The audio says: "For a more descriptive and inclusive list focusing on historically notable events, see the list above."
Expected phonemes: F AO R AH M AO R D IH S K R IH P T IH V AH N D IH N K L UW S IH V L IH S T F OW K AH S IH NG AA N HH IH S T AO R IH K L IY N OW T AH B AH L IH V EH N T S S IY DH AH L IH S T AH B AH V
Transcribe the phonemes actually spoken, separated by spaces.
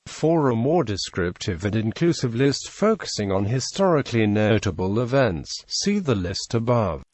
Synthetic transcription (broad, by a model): F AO R AH M AO R D IH S K R IH P T IH V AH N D IH N K L UW S IH V L IH S T F OW K AH S IH NG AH N HH IH S T AO R IH K L IY N OW T AH B AH L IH V EH N T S S IY DH AH L IH S T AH B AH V